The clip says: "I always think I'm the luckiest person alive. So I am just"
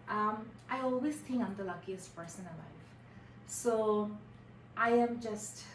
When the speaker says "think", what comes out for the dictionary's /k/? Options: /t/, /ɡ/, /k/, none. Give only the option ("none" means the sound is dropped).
none